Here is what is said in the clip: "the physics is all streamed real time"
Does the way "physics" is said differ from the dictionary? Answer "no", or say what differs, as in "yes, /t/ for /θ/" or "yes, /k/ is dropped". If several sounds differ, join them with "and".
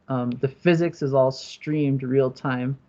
no